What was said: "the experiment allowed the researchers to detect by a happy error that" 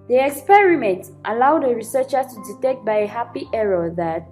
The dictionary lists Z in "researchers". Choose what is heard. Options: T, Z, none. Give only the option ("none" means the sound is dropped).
none